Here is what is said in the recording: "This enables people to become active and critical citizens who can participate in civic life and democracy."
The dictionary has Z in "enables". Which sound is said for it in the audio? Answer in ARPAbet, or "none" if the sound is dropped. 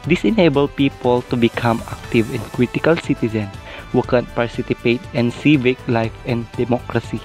none